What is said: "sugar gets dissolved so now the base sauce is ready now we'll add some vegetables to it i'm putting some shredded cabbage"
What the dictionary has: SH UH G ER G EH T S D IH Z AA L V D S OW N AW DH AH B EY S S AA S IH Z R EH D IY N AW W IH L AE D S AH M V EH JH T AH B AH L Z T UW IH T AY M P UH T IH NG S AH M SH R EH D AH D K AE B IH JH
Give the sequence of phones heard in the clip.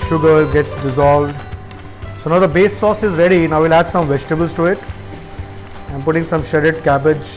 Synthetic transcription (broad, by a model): SH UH G ER G EH T S D IH Z AA L V D S OW N AW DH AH B EY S S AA S IH Z R EH D IY N AW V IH L AE D S AH M V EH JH T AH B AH L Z T UW IH T AY M P UH T IH NG S AH M SH EH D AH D K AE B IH JH